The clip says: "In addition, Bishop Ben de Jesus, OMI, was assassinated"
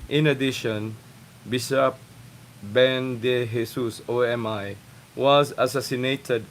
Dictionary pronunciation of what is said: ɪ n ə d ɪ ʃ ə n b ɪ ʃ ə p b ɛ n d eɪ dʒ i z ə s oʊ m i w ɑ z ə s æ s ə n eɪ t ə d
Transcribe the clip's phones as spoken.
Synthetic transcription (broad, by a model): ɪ n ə d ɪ ʃ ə n b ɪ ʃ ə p b ɛ n d eɪ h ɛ s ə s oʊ m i w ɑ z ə s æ s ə n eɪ t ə d